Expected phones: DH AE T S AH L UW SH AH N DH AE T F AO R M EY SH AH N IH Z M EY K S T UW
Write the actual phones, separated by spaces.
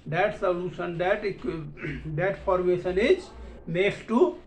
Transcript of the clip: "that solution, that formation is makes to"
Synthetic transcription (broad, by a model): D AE T S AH L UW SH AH N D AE T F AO R M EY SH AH N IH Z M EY S T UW